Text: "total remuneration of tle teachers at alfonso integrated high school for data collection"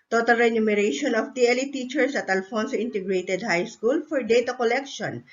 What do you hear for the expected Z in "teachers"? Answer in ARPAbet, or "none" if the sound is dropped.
S